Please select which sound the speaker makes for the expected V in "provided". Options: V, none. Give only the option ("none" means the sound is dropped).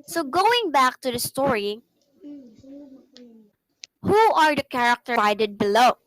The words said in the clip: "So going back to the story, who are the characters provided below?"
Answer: none